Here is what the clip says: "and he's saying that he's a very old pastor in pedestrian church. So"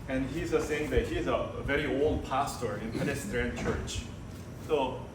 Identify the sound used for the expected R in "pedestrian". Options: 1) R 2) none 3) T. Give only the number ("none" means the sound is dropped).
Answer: 2